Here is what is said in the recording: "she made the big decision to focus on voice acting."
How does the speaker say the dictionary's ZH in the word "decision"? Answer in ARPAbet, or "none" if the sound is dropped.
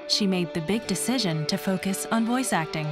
ZH